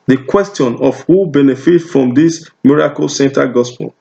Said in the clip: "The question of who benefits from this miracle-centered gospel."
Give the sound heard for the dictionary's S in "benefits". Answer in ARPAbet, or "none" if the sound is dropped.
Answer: none